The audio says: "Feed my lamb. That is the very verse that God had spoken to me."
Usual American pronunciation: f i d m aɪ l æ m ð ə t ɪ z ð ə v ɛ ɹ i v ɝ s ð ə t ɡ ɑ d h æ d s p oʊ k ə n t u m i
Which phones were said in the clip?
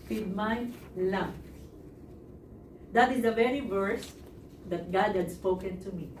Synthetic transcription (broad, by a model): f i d m aɪ l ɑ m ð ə t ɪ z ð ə v ɛ ɹ i v ɝ s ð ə t ɡ ɑ d h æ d s p oʊ k ə n t u m i